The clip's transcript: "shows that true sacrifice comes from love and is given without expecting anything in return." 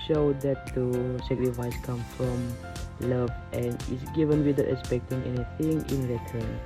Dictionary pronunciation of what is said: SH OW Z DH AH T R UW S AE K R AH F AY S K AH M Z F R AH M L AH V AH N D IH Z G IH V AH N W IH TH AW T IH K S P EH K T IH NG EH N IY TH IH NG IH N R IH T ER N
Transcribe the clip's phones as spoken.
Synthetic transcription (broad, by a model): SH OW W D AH T UW S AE K R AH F AY S K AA M F R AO M L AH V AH N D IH S G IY V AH N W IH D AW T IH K S P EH K T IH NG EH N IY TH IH NG IH N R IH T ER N